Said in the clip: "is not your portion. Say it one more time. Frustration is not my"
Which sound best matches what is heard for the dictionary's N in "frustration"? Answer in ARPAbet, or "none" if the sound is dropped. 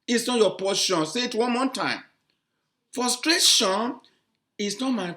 N